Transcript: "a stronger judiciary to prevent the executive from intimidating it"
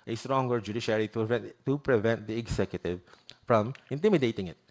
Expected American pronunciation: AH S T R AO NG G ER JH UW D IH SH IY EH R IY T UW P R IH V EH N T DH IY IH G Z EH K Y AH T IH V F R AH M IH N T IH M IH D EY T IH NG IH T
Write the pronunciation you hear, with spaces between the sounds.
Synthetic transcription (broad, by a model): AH S T R AO NG G ER JH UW D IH SH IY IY IY T UW P R IH V EH N T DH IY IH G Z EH K Y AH T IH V F R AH M IH N T IH M IH D EY T IH NG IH T